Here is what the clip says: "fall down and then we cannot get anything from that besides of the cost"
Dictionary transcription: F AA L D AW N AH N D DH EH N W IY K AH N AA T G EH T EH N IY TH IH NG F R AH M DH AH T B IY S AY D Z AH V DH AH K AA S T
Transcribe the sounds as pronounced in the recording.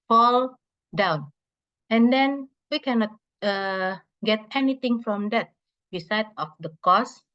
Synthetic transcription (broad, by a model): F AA L D AW N AH N D EH N W IY K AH N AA T G EH T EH N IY T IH NG F R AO M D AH T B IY S AY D AH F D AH K AA S